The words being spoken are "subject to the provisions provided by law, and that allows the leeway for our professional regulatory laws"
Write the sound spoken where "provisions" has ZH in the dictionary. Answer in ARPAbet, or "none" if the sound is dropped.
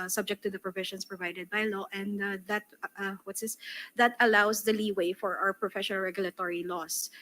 SH